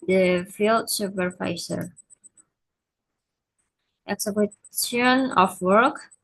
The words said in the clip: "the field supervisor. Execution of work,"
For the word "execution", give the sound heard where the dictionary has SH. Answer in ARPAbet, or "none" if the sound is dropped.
none